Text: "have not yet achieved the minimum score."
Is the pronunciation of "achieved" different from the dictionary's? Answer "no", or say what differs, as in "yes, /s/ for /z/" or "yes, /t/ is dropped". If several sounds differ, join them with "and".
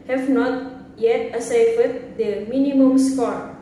yes, /s/ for /tʃ/